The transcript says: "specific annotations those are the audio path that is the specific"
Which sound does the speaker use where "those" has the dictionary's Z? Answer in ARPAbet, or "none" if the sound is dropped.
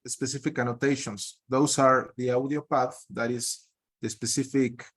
S